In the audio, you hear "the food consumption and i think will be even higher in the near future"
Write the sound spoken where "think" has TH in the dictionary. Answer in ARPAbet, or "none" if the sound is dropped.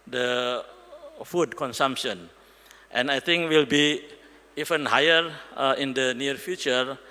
T